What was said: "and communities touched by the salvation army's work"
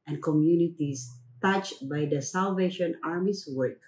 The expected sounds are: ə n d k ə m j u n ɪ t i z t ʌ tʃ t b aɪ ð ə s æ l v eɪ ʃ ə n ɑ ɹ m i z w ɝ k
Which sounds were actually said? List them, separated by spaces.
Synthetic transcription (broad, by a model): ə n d k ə m j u n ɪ t i s t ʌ tʃ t b aɪ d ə s æ l v eɪ ʃ ə n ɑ ɹ m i s w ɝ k